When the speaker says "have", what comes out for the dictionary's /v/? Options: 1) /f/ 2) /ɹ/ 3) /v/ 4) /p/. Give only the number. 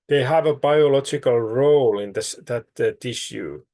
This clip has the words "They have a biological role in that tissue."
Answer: 3